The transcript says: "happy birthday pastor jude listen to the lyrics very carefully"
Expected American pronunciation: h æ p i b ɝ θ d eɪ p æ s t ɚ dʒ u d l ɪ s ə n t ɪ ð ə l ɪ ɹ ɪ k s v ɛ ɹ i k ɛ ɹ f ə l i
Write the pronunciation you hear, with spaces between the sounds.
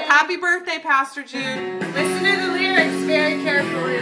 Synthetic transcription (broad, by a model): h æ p i b ɝ θ d eɪ p æ s t ɚ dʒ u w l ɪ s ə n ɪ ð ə w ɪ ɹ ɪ s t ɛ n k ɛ ɹ f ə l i